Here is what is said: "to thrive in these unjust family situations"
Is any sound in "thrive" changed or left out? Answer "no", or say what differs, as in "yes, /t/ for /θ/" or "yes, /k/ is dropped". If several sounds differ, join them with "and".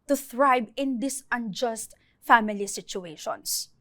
yes, /b/ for /v/